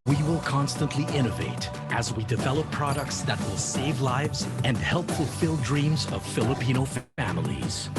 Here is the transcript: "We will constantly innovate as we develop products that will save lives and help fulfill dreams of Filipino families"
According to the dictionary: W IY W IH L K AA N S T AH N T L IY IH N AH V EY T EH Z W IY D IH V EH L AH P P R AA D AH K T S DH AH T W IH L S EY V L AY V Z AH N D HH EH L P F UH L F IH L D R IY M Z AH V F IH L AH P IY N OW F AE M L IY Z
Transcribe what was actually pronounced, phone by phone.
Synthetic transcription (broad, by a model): W IY W IH L K AA N S T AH N T L IY IH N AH V EY T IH Z W IY D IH V EH L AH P P R AA D AH K T S DH AH T W IH L S EY V L AY V Z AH N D HH EH L P F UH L F IH L D R IY M Z AH V F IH L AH P IY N OW F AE M L IY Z